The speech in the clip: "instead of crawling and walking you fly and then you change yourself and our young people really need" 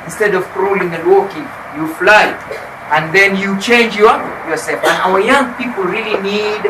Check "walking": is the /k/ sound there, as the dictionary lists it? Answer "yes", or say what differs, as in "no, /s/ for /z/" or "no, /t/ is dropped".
yes